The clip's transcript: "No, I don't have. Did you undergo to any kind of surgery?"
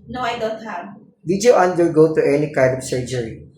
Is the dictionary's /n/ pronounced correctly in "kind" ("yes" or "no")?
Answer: no